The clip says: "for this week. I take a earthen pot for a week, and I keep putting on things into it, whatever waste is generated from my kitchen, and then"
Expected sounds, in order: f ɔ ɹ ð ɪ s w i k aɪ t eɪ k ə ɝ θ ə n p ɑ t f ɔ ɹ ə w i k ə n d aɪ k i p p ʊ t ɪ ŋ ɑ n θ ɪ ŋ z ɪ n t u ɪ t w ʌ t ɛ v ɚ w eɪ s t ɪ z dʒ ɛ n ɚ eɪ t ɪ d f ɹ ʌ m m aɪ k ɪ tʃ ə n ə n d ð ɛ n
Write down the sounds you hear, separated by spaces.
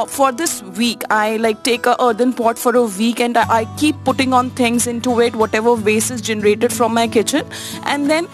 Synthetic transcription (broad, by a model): f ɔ ɹ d ɪ s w i k aɪ t eɪ k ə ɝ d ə n p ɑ t f ɔ ɹ ə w i k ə n d aɪ k i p p ʊ t ɪ ŋ ɑ n t ɪ ŋ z ɪ n t u ɪ t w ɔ t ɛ v ɚ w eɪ s ɪ z dʒ ɛ n ɚ eɪ t ɪ d f ɹ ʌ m m aɪ k ɪ tʃ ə n ə n d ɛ n